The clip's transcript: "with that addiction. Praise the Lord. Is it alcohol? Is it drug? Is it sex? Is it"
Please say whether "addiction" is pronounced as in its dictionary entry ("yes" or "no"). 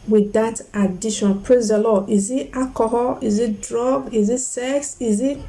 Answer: no